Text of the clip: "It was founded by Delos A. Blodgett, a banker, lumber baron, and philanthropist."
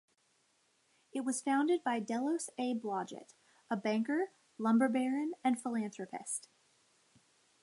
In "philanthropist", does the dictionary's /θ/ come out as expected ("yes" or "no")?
yes